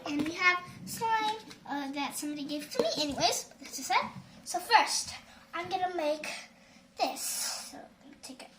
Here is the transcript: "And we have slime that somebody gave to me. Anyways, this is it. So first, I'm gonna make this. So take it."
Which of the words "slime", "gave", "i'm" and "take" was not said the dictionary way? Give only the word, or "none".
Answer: slime